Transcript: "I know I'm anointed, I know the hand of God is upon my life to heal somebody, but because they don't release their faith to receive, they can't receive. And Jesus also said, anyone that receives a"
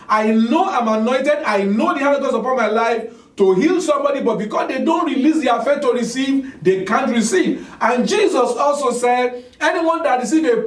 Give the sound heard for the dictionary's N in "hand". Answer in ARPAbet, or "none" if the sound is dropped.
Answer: none